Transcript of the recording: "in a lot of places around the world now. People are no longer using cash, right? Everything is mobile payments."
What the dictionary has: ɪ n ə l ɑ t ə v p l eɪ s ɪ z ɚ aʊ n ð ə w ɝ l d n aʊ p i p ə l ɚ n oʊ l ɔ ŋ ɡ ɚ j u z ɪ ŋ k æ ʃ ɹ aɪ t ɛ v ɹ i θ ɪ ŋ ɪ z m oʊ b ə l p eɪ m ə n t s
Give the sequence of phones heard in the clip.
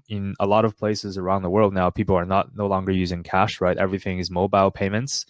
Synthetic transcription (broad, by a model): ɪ n ə l ɑ t ə v p l eɪ s ɪ z ɚ aʊ n ð ə w ɝ l d n aʊ p i p l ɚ n oʊ l ɔ ŋ ɡ ɚ j u z ɪ ŋ k æ ʃ ɹ aɪ t ɛ v ɹ i θ ɪ ŋ ɪ z m oʊ b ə l p eɪ m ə n t s